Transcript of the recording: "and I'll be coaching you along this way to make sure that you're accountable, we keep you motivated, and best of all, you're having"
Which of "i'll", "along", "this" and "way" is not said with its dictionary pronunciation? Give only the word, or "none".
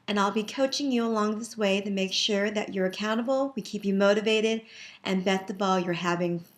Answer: none